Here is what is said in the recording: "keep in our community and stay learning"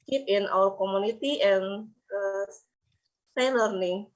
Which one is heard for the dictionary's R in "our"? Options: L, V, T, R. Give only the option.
L